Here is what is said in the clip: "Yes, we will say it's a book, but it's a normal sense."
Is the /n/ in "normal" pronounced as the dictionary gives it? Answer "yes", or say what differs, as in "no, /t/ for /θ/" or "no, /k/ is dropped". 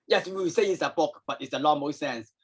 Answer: no, /l/ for /n/